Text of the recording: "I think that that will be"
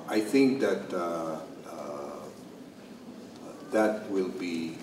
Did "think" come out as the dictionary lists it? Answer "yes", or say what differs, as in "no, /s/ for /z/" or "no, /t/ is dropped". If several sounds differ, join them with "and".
yes